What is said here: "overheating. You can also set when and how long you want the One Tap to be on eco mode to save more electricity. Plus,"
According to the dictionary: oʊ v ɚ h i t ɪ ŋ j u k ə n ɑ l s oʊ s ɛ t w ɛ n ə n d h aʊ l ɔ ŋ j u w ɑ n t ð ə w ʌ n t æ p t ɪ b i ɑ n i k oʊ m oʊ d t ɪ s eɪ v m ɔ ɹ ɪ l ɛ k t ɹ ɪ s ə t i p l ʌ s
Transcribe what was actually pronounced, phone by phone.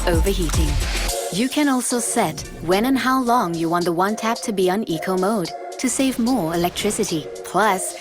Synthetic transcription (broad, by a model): oʊ v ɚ h i t ɪ ŋ j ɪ k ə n ɑ l s oʊ s ɛ t w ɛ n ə n h aʊ l ɔ ŋ j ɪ w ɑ n ð ə w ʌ n t æ p t ɪ b i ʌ n i k oʊ m oʊ d t ɪ s eɪ v m ɔ ɹ ɪ l ɛ k t ɹ ɪ s ə t i p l ʌ s